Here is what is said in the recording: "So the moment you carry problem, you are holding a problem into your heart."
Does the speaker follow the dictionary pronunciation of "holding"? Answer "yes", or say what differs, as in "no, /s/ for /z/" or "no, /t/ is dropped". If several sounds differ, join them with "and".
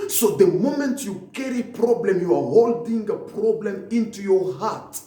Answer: yes